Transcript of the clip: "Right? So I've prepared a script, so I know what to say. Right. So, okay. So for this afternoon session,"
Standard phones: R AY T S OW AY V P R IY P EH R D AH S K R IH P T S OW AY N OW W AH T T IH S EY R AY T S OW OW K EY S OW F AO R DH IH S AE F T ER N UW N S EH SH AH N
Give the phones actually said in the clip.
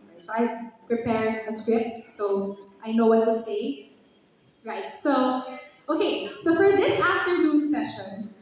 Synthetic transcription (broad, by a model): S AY P R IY P EH R AH S K R IH P T S OW AY N OW W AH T T IH S EY R AY T S OW OW K EY S OW F AO R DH IH S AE F T ER N UW N S EH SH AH N